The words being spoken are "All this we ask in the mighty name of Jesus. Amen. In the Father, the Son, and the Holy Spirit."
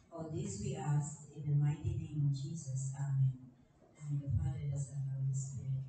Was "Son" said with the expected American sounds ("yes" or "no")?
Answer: no